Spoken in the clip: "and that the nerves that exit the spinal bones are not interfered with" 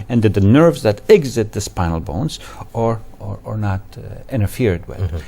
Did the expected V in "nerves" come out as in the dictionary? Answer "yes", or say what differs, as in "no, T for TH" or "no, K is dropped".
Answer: yes